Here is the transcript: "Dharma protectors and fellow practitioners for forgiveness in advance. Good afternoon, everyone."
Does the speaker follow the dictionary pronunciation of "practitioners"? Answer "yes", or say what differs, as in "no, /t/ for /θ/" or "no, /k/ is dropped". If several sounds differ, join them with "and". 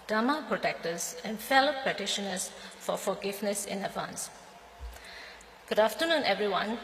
no, /ɹ/ is dropped and /k/ is dropped